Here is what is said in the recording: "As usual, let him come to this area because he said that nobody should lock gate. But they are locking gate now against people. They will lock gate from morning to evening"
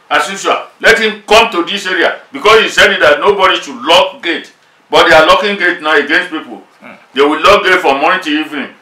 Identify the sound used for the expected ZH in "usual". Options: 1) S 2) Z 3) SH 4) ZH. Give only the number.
3